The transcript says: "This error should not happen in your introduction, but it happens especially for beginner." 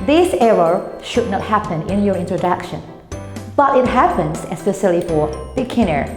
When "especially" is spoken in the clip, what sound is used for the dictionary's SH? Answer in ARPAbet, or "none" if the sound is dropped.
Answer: S